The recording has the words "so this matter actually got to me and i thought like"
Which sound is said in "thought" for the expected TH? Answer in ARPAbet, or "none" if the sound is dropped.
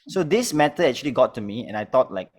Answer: T